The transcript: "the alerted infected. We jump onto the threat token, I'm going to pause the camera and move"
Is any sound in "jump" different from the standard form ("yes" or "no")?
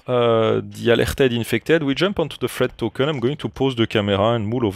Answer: no